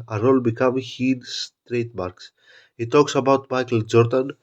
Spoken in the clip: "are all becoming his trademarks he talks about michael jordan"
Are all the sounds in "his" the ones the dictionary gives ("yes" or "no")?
no